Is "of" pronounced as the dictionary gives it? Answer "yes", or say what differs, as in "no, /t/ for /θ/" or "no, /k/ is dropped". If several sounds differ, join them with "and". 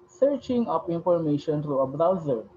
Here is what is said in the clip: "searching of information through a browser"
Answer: no, /p/ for /v/